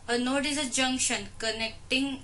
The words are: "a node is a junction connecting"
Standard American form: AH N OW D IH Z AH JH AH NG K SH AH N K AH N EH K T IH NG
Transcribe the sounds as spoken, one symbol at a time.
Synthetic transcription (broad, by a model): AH N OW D IH Z AH JH AH NG K SH AH N K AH N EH K T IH NG